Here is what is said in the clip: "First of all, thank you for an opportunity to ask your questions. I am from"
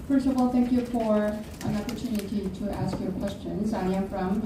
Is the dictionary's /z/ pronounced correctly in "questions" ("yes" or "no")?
yes